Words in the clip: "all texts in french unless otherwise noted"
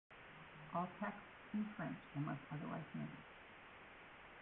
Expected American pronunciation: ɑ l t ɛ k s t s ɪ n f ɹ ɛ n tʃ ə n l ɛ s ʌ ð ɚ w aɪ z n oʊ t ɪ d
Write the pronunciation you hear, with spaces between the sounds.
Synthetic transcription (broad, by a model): ɑ l t ɛ k s t s ɪ n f ɹ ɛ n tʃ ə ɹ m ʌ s ʌ ð ɚ w aɪ z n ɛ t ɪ